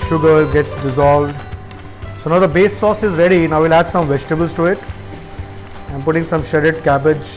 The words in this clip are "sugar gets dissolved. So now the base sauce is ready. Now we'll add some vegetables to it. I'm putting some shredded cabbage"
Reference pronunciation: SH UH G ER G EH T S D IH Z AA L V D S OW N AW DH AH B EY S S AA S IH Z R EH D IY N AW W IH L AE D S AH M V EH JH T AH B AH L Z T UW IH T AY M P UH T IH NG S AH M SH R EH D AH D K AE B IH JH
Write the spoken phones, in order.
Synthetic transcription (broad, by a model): SH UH G ER G EH T S D IH Z AA L V D S OW N AW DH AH B EY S S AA S IH Z R EH D IY N AW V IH L AE D S AH M V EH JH T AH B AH L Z T UW IH T AY M P UH T IH NG S AH M SH EH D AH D K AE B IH JH